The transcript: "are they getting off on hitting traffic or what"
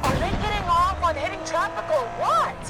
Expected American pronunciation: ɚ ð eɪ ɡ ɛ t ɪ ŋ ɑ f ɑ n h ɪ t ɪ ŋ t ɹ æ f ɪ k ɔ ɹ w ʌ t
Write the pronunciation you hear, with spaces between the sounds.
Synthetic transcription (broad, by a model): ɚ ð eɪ ɡ ɛ t ɪ ŋ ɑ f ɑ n h ɪ t ɪ ŋ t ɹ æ p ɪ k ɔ l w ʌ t